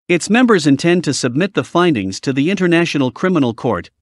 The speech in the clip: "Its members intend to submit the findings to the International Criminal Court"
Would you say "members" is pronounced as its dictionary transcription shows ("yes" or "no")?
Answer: yes